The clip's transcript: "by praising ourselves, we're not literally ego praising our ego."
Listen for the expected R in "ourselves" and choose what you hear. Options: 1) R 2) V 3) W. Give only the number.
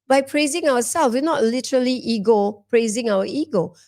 3